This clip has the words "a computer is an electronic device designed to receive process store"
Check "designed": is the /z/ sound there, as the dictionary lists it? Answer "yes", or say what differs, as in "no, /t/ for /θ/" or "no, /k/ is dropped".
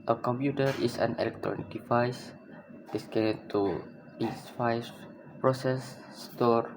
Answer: no, /s/ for /z/